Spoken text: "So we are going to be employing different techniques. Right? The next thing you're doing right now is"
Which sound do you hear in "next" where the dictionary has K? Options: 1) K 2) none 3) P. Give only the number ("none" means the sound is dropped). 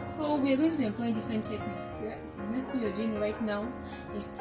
2